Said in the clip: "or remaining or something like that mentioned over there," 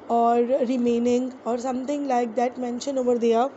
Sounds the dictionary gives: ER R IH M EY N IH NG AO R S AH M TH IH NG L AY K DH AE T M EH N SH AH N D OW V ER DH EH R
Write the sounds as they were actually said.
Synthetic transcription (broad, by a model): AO R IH M EY N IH NG AO R S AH M T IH NG L AY K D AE T M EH N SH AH N OW V ER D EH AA